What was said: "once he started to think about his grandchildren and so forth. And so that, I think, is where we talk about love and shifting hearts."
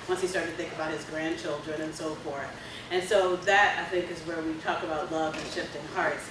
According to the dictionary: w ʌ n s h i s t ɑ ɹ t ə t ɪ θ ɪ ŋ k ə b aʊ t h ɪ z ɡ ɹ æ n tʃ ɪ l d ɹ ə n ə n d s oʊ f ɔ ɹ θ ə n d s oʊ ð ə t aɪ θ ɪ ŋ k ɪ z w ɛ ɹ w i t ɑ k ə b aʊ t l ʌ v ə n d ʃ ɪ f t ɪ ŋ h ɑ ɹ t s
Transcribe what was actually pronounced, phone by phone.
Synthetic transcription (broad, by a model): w ʌ n s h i s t ɑ ɹ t t ɪ θ ɪ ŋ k ə b aʊ t h ɪ z ɡ ɹ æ n tʃ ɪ l d ɹ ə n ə n s oʊ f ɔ ɹ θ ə n s oʊ ð ə t aɪ θ ɪ ŋ k ɪ z w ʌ ɹ w i t ɑ k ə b aʊ t l ʌ v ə n ʃ ɪ f t ɪ ŋ h ɑ ɹ t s